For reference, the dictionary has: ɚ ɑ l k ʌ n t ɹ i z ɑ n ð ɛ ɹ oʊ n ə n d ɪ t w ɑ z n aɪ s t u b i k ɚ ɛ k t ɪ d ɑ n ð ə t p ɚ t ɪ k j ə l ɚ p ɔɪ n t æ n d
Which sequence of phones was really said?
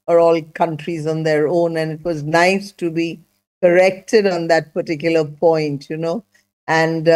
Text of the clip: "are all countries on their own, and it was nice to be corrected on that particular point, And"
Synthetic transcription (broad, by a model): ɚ ɑ l k ʌ n t ɹ i z ɑ n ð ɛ ɹ oʊ n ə n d ɪ t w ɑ z n aɪ s t u b i k ɚ ɛ k t ɪ d ɑ n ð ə t p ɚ t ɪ k j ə l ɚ p ɔɪ n t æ n d